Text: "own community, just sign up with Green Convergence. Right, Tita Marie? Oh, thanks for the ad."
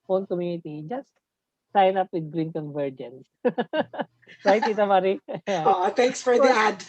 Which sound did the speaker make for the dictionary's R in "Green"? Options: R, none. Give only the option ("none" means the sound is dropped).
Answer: R